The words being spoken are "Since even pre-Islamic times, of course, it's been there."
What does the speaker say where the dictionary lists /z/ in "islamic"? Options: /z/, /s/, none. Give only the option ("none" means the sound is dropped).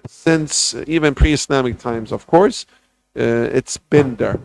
/s/